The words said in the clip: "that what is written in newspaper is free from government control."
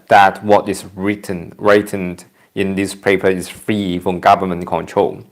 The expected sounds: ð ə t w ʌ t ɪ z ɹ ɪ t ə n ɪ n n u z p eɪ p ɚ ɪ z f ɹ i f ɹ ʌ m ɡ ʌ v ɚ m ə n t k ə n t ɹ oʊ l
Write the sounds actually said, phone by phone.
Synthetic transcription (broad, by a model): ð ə t w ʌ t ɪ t ɹ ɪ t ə n ɪ n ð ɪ s p eɪ p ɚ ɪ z f ɹ i f ɹ ʌ m ɡ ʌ v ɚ m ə n k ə n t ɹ oʊ l